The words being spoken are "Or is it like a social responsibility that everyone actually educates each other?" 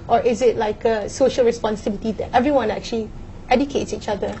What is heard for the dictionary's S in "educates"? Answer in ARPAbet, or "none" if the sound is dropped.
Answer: S